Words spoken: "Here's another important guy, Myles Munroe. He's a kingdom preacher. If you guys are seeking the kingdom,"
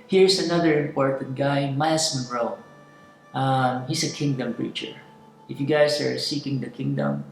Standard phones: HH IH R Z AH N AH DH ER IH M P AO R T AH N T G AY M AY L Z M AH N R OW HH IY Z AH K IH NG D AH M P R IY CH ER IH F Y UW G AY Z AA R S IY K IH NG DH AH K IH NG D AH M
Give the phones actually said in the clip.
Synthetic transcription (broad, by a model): HH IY R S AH N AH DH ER IH M P AO R T AH N T G AY M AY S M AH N R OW HH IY S AH K IH NG D AH M P R IY CH ER IH F Y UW G AY S AA R S IY K IH NG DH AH K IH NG D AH M